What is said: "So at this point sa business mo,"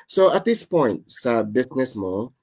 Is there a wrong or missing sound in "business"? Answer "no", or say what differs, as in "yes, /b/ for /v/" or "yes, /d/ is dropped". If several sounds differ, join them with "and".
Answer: yes, /s/ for /z/